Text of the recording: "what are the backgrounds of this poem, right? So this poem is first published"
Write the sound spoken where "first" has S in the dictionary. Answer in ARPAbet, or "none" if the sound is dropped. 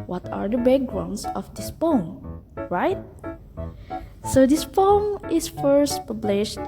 S